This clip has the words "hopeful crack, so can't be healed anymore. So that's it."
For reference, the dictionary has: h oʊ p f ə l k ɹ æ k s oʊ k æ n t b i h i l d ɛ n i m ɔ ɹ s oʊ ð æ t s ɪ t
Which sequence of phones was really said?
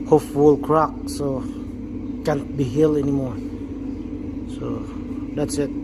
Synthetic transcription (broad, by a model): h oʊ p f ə l k ɹ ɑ k s oʊ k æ n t b i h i l ɛ n i m ɔ ɹ s oʊ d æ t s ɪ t